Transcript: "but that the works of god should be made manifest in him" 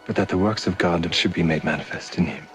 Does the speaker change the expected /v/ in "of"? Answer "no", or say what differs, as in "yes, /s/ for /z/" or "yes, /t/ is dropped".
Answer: no